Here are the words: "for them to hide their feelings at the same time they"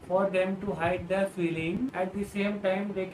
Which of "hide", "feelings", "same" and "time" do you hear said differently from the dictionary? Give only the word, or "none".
feelings